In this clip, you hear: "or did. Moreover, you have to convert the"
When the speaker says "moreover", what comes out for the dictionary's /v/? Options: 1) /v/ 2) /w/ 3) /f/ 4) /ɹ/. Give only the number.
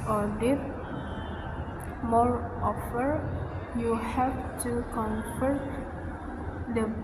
3